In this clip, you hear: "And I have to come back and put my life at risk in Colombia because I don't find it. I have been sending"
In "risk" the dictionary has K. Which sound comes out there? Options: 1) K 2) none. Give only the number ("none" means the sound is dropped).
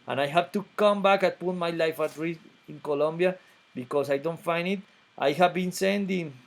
2